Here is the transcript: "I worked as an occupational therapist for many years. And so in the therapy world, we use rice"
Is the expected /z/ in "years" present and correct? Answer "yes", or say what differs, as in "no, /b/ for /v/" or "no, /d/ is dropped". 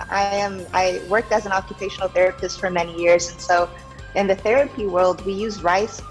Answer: yes